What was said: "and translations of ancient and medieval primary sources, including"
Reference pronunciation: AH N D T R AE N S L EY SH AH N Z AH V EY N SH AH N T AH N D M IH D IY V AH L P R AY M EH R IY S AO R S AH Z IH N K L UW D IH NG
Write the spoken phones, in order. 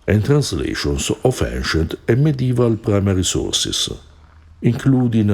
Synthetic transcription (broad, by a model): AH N T R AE N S L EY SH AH N S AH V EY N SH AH N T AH M IH D IY V AH L P R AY M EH R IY S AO R S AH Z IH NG K L UW D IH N